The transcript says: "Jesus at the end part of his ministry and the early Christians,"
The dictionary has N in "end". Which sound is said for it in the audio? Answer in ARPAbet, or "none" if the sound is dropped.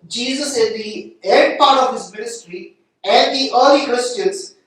none